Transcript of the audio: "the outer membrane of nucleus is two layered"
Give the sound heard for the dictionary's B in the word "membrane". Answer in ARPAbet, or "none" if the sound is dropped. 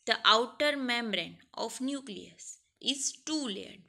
B